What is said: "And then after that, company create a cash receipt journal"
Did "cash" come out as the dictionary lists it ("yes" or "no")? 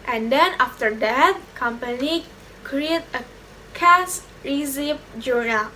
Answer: no